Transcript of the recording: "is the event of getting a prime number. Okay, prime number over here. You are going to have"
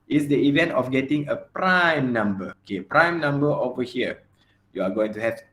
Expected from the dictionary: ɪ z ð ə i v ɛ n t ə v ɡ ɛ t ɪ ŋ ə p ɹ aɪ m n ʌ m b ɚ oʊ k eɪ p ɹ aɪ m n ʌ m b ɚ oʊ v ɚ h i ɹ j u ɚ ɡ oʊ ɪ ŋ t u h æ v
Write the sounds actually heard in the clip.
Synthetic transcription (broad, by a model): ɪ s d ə i v ɛ n t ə f ɡ ɛ t ɪ ŋ ə p ɹ aɪ m n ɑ m b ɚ oʊ k eɪ p ɹ aɪ m n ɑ m b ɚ oʊ v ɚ h i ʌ j u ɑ ɡ oʊ ɪ ŋ t u h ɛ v